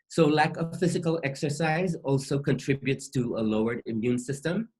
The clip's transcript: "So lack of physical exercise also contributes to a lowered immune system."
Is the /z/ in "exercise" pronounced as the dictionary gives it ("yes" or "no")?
yes